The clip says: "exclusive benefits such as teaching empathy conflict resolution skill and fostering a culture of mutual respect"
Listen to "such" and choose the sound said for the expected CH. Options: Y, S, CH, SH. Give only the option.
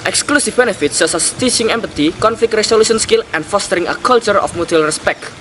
S